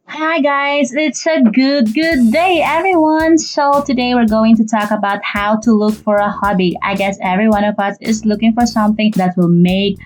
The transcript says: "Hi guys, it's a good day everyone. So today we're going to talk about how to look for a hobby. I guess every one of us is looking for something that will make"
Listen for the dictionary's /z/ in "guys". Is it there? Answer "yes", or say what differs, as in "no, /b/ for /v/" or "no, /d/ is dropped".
yes